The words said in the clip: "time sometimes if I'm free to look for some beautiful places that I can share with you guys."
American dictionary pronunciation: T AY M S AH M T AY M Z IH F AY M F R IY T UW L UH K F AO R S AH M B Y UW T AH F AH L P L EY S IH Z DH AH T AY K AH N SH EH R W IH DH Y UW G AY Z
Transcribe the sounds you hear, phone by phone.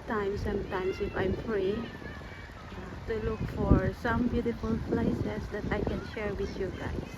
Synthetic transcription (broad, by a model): T AY M S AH M T AY M S IH F AY M F R IY T UW L UH K F AO R S AH M B Y UW T AH F AH L P L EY S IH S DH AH T AY K AH N SH EH R W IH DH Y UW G AY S